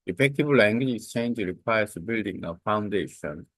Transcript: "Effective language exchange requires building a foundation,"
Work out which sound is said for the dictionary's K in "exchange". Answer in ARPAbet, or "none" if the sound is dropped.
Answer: none